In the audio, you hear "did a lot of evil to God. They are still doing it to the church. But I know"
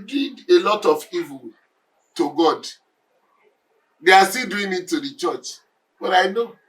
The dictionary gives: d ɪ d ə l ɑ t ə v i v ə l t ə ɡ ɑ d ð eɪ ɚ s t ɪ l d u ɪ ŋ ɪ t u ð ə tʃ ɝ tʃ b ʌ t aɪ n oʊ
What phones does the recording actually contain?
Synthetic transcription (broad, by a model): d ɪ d ə l ɑ t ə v i v ə l t ə ɡ ɑ d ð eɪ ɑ s t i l d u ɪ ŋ ɪ t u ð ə tʃ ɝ tʃ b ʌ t aɪ n oʊ